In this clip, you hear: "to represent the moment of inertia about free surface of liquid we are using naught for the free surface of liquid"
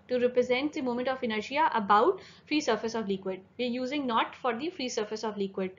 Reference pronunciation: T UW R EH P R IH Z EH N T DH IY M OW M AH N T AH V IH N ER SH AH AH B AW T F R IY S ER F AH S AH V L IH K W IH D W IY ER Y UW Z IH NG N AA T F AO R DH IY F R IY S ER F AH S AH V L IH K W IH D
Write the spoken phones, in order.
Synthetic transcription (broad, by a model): T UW R EH P R IH Z EH N T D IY M OW M AH N T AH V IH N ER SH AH AH B AW T F R IY S ER F AH S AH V L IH K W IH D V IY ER Y UW Z IH NG N AA T F AO R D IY F R IY S ER F AH S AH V L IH K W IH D